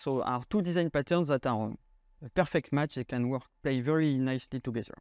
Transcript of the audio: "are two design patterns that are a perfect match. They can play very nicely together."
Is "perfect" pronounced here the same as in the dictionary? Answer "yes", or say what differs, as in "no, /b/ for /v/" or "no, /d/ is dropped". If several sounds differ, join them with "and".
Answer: yes